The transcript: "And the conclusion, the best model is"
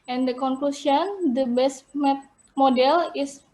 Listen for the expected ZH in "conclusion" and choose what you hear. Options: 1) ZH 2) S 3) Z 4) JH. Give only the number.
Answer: 2